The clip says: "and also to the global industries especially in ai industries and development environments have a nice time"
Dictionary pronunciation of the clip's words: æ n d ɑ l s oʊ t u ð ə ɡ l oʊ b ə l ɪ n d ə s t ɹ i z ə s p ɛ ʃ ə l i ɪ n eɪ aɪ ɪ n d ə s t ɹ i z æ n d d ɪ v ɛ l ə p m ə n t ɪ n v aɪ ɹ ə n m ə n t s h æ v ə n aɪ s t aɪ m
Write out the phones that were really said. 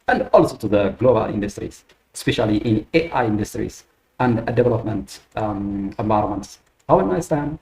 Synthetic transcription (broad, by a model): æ n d ɑ l s oʊ t u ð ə ɡ l oʊ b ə l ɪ n d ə s t ɹ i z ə s p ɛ ʃ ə l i ɪ n eɪ aɪ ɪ n d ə s t ɹ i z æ n d d ɪ v ɛ l ə p m ə n t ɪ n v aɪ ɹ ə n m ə n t s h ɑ w ə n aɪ s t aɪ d